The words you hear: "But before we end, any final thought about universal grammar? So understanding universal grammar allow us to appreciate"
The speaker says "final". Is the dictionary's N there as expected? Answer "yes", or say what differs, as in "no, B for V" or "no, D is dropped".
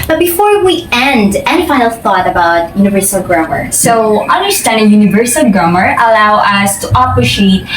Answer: no, N is dropped